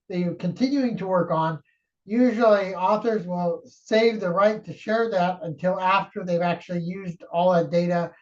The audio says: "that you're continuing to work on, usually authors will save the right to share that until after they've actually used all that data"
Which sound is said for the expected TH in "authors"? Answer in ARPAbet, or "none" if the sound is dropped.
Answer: TH